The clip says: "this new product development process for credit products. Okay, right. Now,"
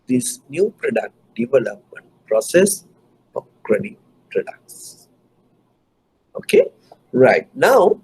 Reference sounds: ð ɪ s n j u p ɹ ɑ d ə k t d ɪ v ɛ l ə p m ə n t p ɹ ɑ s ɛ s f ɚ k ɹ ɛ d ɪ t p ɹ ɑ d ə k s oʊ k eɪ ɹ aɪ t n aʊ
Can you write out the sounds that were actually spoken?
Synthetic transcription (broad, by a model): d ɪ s n j u p ɹ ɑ d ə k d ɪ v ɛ l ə p m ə n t p ɹ ɑ s ɛ s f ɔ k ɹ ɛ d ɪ p ɹ ɑ d ə k s oʊ k eɪ ɹ aɪ t n aʊ